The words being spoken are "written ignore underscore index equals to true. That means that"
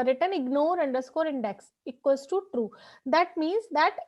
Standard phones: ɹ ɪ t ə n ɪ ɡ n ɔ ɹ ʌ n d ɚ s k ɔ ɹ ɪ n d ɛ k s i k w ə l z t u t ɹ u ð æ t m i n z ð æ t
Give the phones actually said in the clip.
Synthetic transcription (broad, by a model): ɹ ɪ t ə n ɪ ɡ n ɔ ɹ ʌ n d ɚ s k ɔ ɹ ɪ n d ɛ k s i k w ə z t u t ɹ u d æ t m i n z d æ t